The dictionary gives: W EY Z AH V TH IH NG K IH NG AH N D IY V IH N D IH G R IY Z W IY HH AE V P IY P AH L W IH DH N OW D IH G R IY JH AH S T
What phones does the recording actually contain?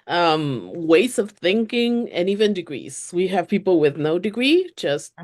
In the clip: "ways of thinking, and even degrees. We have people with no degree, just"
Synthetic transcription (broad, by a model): W EY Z AH V TH IH NG K IH NG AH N IY V IH N D IH G R IY Z W IY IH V P IY P L W IH DH N OW D IH G R IY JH AH S T